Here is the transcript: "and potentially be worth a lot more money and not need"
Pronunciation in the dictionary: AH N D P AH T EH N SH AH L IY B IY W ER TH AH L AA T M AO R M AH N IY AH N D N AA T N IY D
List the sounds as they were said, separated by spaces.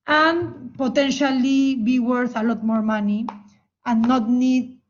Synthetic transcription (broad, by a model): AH N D P AH T EH N SH AH L IY B IY W ER TH AH L AA T M AO R M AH N IY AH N N AA T N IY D